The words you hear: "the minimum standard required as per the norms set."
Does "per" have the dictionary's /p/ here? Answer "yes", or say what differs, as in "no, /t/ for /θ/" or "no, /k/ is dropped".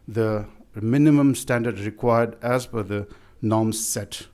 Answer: no, /f/ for /p/